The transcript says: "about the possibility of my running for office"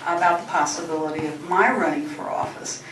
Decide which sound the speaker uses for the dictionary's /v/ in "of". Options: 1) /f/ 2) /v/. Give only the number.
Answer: 2